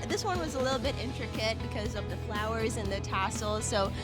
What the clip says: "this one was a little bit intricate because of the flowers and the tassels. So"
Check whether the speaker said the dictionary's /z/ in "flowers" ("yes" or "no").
yes